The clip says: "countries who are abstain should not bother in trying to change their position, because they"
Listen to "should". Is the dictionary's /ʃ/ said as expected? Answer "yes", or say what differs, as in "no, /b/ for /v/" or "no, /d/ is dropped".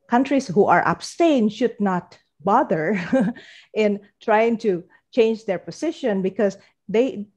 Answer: yes